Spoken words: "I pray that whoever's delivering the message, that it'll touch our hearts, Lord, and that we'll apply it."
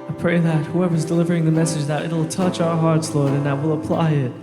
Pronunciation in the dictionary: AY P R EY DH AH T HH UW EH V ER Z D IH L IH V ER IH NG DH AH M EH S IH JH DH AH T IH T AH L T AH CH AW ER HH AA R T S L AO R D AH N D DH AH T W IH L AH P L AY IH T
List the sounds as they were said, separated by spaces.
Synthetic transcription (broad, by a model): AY P R EY DH AH T HH UW EH V ER Z D IH L IH V ER IH NG DH AH M EH S IH JH DH AH T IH T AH L T AH CH AW ER HH AA R T S L AO R D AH N DH AH T W IH L AH P L AY IH T